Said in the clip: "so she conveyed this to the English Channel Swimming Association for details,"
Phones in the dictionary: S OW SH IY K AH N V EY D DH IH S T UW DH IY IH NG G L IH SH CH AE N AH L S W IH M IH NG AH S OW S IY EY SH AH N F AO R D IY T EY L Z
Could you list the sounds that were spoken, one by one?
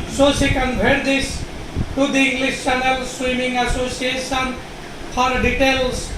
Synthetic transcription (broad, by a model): S OW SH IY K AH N B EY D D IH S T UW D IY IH NG G L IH S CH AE N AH L S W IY M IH NG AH S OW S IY EY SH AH N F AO R D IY T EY L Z